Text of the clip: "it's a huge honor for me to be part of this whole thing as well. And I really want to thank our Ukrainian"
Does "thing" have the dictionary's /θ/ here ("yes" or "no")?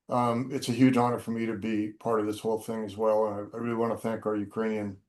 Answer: yes